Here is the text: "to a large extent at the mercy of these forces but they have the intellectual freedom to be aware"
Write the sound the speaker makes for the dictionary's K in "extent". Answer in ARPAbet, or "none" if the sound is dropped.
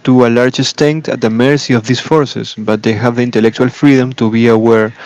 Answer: none